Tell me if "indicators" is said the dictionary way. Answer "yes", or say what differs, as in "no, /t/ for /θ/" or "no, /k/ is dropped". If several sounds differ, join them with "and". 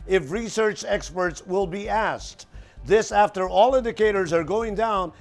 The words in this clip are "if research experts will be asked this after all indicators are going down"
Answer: yes